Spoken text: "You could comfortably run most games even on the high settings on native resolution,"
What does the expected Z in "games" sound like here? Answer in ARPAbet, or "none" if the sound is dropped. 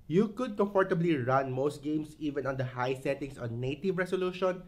S